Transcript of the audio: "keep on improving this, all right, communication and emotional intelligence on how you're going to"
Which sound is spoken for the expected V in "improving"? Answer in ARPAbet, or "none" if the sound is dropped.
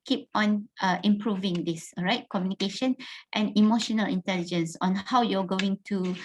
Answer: V